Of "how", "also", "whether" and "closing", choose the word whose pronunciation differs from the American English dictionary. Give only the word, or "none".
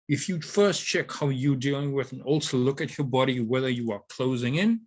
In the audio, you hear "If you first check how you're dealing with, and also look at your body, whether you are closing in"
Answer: none